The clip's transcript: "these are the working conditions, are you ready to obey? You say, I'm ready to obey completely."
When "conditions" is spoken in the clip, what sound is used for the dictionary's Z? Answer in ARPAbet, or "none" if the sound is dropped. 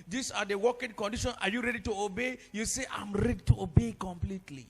none